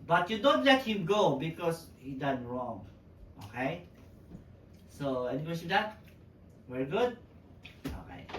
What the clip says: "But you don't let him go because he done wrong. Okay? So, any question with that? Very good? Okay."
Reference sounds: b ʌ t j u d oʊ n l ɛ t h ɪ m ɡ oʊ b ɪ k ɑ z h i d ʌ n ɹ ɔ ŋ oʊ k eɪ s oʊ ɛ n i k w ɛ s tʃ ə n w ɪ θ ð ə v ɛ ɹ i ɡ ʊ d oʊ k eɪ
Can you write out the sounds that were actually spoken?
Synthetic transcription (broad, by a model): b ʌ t j u d oʊ n l ɛ t h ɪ m ɡ oʊ b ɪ k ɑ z h i d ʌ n ɹ ɔ ŋ oʊ k eɪ s oʊ ɛ n i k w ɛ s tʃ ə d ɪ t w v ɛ ɹ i ɡ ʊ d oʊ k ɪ